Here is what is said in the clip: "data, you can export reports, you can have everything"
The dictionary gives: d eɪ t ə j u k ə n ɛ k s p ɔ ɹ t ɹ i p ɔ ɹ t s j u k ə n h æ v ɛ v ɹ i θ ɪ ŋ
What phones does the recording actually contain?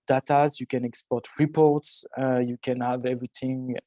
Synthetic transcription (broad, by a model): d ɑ t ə j u k ə n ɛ k s p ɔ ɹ t ɹ i p ɔ ɹ t s j u k ə n h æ v ɛ v ɹ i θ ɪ ŋ